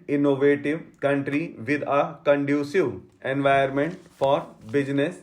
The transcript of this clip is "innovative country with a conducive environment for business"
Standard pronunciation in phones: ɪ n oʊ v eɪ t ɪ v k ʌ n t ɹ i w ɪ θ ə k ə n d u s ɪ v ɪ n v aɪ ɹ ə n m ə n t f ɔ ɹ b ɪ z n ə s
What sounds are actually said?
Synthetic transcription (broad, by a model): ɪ n oʊ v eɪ t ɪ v k ʌ n t ɹ i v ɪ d ə k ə n d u s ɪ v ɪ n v aɪ ə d m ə n t f ɔ ɹ b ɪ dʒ n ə s